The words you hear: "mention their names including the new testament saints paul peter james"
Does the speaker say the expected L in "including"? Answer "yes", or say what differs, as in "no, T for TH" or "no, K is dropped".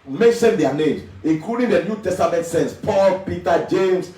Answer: no, L is dropped